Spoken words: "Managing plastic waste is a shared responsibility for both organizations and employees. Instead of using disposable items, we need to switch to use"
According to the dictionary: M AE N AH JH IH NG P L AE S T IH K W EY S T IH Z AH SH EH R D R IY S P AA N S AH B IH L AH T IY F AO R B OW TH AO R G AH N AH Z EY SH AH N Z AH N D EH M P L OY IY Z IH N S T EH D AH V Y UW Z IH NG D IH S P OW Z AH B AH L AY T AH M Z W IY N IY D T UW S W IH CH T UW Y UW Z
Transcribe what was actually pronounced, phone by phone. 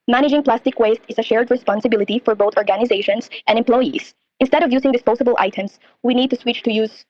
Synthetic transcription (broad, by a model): M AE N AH JH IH NG P L AE S T IH K W EY S T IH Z AH SH EH R D R IY S P AA N S AH B IH L AH T IY F AO R B OW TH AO R G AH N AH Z EY SH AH N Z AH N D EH M P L OY IY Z IH N S T EH D AH V Y UW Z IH NG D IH S P OW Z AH B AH L AY T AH M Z W IY N IY D T UW S W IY CH T UW Y UW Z